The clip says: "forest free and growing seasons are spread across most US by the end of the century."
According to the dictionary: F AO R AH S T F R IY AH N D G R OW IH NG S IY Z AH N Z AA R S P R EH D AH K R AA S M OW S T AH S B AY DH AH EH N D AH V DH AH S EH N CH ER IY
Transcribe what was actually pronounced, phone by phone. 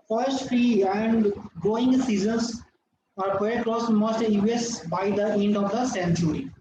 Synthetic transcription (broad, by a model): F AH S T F R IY AH N D G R OW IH NG S IY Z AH N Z AA R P EH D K R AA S M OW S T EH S B AY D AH EH N D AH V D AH S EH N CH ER IY